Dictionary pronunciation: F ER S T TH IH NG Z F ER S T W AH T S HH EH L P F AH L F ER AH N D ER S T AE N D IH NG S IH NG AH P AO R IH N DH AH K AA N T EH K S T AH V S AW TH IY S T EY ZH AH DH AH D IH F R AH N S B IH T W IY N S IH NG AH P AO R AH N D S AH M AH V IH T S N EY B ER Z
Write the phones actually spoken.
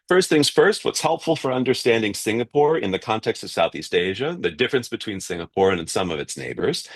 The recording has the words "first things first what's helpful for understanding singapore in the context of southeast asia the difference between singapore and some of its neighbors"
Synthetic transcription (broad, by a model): F ER S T TH IH NG Z F ER S T W AH T S HH EH L P F L F ER AH N D ER S T AE N D IH NG S IH NG AH P AO R IH N DH AH K AA N T EH K S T AH V S AW TH IY S T EY ZH AH DH AH D IH F R AH N S B IH T W IY N S IH NG AH P AO R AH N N S AH M AH V IH T S N EY B ER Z